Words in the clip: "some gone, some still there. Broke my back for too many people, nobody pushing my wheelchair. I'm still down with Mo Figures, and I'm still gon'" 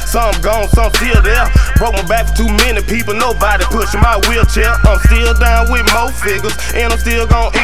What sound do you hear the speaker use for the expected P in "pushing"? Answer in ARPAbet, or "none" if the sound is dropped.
P